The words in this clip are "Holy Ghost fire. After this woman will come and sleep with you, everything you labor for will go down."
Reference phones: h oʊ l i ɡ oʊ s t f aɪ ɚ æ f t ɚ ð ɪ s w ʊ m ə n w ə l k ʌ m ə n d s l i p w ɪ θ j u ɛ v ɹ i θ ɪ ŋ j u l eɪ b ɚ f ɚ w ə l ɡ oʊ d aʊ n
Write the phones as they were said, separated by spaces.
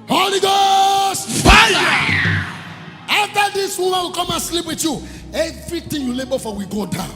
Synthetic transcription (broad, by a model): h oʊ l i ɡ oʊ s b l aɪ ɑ f t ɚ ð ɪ s w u m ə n w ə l k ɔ m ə n s l i p w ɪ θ j u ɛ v ɹ i t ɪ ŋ j u l eɪ b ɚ f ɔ w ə ɡ oʊ d aʊ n